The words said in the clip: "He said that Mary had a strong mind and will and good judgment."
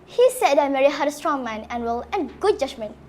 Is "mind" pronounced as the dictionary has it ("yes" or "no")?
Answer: no